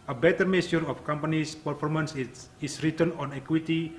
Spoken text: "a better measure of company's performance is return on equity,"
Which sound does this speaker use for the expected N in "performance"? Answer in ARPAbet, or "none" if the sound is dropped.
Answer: N